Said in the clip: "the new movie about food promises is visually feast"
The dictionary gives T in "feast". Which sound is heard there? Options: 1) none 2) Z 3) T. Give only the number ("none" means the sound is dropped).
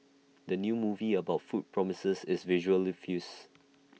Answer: 1